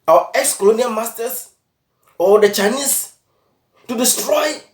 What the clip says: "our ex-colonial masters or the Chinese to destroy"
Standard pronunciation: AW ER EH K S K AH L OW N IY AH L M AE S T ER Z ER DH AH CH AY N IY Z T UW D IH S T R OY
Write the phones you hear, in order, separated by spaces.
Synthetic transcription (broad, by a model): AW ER EH K S K AH L OW N IY AH L M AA S T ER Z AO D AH CH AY N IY S T UW D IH S T R OY